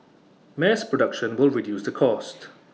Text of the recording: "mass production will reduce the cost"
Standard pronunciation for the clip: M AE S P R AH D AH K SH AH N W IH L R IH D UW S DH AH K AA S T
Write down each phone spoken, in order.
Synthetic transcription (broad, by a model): M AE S P R AH D AH K SH AH N W IH L R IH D UW S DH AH K AA S T